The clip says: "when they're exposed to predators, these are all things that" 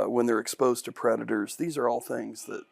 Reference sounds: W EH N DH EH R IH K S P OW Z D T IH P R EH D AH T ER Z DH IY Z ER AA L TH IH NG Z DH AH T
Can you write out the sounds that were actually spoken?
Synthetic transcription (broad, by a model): W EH N DH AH R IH K S P OW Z T IH P R EH D AH T ER Z DH IY Z ER AA L TH IH NG Z DH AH T